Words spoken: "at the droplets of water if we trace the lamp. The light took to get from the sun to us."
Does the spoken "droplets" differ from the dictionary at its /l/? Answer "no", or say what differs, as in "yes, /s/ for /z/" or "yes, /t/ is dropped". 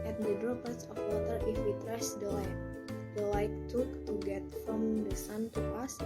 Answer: yes, /l/ is dropped